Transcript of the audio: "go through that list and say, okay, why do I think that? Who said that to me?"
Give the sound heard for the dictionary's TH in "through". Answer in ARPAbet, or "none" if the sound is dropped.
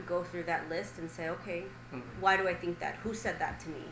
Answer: TH